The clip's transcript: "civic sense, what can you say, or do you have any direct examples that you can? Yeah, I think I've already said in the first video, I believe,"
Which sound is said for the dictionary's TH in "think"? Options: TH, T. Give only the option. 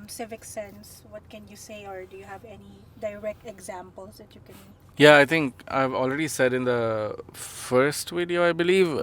T